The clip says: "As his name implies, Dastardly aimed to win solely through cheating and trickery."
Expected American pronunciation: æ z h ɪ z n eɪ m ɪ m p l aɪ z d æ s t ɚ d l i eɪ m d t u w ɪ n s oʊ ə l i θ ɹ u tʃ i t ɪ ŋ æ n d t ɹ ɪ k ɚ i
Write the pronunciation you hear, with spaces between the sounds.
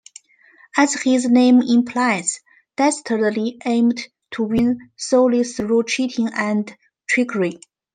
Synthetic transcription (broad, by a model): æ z h ɪ z n eɪ m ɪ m p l aɪ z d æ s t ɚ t l i eɪ m d t u w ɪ n s oʊ ə l i s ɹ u tʃ i t ɪ ŋ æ n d t ɹ ɪ k ɚ i